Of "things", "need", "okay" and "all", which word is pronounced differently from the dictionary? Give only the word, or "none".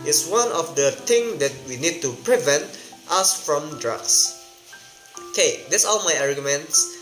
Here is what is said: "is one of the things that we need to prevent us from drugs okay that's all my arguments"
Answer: things